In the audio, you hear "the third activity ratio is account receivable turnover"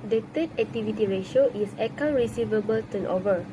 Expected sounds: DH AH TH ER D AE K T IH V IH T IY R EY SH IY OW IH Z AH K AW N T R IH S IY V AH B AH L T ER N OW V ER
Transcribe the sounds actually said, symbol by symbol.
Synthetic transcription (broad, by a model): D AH T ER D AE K T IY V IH T IY R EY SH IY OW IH S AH K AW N R IH S IY V AH B AH L T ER N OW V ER